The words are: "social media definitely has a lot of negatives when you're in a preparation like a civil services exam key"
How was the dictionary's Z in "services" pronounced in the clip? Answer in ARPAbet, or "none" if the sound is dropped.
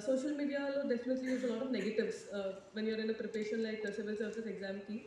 S